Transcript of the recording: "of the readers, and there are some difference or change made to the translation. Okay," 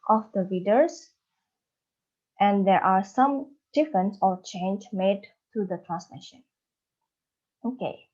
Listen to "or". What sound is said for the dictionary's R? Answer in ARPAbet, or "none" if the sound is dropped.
L